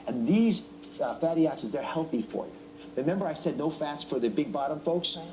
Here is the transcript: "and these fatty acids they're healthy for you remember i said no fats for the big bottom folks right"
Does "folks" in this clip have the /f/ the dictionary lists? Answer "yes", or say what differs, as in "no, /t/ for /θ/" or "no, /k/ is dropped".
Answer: yes